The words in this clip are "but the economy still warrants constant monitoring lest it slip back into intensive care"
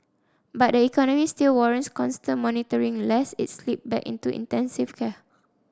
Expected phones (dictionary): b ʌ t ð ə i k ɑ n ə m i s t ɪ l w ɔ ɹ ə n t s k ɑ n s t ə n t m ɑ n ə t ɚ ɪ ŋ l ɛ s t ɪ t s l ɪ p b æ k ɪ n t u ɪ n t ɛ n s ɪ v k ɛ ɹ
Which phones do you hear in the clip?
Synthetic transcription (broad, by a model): b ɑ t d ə i k ɑ n ə m i s t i l w ɔ ɹ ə n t s k ɑ n s t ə n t m ɑ n ə t ɚ ɪ ŋ l ɛ s ɪ t s l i p b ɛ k ɪ n t u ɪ n t ɛ n s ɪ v k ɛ